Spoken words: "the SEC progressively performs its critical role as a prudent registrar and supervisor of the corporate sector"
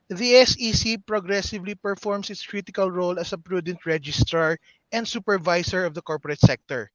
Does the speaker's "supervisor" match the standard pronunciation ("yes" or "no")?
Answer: no